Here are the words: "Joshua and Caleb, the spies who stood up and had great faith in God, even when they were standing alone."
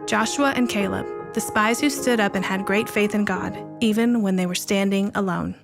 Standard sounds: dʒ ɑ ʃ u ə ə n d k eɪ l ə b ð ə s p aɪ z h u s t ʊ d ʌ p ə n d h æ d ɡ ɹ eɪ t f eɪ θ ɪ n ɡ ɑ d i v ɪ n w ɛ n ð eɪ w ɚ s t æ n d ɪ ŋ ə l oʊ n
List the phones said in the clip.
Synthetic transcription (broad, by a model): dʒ ɑ ʃ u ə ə n k eɪ l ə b ð ə s p aɪ z h u s t ʊ d ʌ p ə n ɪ d ɡ ɹ eɪ t f eɪ θ ɪ n ɡ ɑ d i v ɪ n w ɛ n ð eɪ w ɚ s t æ n d ɪ ŋ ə l oʊ n